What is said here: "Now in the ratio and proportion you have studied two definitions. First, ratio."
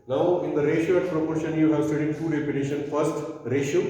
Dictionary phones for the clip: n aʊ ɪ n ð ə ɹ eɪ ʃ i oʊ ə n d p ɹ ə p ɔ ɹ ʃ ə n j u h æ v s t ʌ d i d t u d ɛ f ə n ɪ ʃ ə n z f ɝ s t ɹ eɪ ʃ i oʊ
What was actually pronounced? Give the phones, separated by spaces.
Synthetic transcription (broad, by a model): n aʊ ɪ n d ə ɹ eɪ ʃ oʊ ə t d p ɹ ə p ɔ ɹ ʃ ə n j u h æ v s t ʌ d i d t u d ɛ p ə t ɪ ʃ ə n f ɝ s t ɹ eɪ ʃ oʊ